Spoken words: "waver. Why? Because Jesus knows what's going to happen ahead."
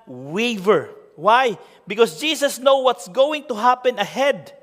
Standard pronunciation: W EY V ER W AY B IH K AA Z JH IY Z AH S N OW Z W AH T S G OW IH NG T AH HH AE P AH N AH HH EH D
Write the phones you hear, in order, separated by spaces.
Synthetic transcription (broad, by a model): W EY V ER W AY B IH K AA S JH IY S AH S N OW W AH T S G OW IH NG T AH HH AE P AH N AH HH EH D